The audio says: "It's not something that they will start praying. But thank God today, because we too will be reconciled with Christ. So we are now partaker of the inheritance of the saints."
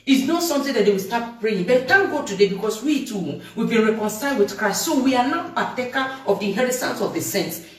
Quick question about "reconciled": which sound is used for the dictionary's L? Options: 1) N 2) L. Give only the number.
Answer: 2